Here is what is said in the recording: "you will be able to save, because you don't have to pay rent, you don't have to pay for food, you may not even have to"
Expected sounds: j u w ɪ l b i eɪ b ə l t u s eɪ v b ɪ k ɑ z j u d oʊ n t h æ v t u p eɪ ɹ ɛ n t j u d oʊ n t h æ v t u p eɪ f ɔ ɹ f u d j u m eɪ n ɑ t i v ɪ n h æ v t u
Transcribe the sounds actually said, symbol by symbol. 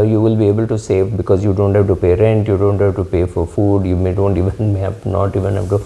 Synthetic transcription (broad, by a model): j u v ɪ l b i eɪ b ə l t u s eɪ v b ɪ k ɑ z j u d oʊ n t h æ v t u p eɪ ɹ ɛ n t j u d oʊ n t h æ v t u p eɪ f ɔ ɹ f u d j u m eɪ n ɑ t i v ɪ n h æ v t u